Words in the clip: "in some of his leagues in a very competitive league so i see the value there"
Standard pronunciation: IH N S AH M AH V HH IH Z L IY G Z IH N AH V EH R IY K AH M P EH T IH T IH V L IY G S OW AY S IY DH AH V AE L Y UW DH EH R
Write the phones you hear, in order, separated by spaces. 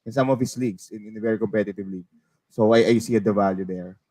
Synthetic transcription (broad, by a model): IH N S AH M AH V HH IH S L IY G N IH N AH V EH R IY K AH M P EH T IH T IH V L IY G S OW AY S IY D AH V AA L Y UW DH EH R